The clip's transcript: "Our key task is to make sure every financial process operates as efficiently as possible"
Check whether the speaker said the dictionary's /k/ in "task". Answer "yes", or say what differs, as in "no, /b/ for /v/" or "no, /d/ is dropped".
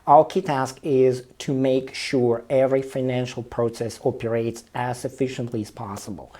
yes